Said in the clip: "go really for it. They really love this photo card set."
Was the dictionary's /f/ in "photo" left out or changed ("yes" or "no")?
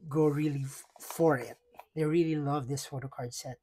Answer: no